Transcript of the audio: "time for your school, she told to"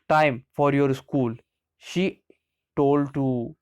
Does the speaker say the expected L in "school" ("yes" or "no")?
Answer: yes